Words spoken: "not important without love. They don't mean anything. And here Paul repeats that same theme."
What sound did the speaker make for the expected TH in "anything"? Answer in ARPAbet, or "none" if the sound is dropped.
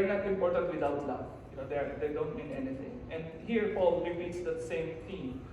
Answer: T